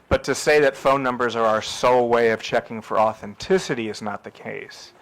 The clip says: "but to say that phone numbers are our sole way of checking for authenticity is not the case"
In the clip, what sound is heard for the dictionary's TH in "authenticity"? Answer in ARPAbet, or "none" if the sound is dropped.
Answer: TH